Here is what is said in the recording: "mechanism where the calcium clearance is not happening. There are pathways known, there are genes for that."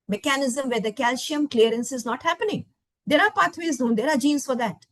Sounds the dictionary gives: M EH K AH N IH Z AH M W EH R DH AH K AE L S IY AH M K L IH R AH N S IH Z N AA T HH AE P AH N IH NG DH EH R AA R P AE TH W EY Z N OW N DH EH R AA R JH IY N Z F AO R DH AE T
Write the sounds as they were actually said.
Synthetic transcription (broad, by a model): M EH K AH N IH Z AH M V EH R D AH K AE L SH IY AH M K L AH R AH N S IH Z N AA T HH AE P AH N IH NG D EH R AA R P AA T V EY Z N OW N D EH R AA R JH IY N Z F AO R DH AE T